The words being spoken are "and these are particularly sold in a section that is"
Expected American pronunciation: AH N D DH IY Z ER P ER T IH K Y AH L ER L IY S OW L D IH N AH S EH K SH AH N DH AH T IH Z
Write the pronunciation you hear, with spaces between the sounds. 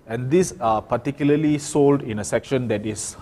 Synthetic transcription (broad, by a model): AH N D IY S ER P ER T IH K Y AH L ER L IY S OW L D IH N AH S EH K SH AH N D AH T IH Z